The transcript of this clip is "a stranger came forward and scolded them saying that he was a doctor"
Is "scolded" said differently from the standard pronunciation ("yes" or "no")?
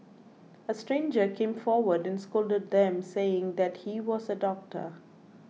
no